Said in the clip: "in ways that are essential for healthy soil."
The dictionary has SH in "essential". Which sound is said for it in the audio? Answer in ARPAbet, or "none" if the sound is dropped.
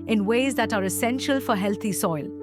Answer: SH